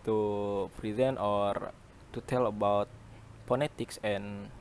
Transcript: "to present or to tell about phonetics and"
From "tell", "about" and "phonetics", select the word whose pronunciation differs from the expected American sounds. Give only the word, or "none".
phonetics